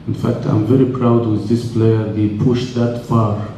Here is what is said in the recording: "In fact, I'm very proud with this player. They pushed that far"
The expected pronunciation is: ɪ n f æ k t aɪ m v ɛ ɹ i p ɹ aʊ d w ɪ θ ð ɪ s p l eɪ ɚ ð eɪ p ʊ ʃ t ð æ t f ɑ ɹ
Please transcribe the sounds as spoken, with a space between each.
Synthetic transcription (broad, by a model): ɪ n f æ k t aɪ m v ɛ ɹ i p ɹ aʊ d w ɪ ð ɪ s p l eɪ ɚ ð eɪ p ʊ ʃ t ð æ t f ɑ ɹ